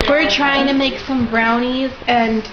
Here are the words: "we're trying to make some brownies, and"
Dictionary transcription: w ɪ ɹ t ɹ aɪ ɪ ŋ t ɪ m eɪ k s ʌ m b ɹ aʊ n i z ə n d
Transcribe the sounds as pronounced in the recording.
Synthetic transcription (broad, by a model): w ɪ ɹ t ɹ aɪ ɪ ŋ t ɪ m eɪ k s ʌ m b ɹ aʊ n i z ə n